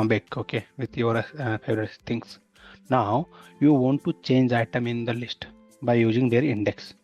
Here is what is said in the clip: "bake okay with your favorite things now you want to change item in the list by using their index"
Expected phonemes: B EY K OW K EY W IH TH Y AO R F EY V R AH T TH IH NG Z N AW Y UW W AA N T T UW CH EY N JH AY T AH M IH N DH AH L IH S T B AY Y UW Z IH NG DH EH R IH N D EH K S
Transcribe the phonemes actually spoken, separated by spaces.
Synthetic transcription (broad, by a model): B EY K OW K EY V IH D Y AO R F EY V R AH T S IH NG S N AW Y UW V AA N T T UW CH EY N JH AY T AH M IH N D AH L IH S T B AY Y UW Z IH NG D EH R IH N D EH K S